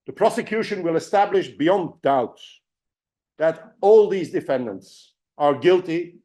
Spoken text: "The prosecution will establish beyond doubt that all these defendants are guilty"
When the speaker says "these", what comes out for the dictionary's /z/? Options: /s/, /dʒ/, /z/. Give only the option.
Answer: /z/